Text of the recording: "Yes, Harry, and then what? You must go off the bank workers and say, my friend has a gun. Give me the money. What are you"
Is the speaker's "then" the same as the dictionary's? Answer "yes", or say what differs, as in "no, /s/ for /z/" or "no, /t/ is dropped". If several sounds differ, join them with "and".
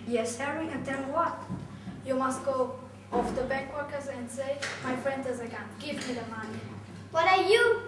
no, /l/ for /n/